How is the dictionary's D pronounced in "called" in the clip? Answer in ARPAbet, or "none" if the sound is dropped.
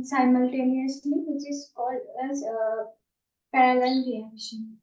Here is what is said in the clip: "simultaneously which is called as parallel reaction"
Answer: none